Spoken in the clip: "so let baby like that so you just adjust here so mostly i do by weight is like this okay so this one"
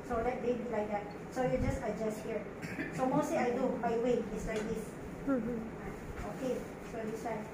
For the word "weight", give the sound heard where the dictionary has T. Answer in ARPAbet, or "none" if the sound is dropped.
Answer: none